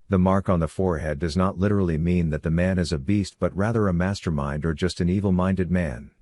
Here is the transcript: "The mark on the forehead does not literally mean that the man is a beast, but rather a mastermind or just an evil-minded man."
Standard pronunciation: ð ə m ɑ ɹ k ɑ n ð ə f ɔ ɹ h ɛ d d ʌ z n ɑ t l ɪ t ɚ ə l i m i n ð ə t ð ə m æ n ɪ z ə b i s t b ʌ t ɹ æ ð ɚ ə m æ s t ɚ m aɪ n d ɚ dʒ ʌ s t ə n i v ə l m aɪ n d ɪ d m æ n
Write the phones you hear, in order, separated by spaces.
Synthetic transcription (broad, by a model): ð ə m ɑ ɹ k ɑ n ð ə f ɔ ɹ h ɛ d d ʌ z n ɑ t l ɪ t ɚ l i m i n ð ə t ð ə m æ n ɪ z ə b i s t b ʌ t ɹ æ ð ɚ ə m æ s t ɚ m aɪ n d ɚ dʒ ʌ s t ə n i v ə l m aɪ n d ɪ d m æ n